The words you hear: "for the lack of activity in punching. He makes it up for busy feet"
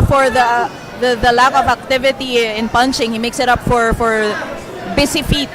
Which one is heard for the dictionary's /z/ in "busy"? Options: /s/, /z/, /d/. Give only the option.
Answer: /s/